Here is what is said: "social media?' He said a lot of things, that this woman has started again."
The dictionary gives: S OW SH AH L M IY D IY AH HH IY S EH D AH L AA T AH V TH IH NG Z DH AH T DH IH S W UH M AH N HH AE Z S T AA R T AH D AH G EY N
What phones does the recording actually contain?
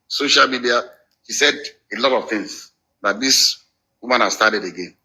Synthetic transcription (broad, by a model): S OW SH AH L M IY D IY AH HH IY S EH D AH L AA T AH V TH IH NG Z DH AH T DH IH S W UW M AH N HH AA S T AA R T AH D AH G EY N